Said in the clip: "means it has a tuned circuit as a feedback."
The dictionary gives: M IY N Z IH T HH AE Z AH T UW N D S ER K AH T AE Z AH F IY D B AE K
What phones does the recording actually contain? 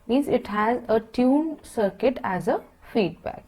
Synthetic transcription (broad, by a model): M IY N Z IH T HH AE Z AH T UW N S ER K AH T AE Z AH F IY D B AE K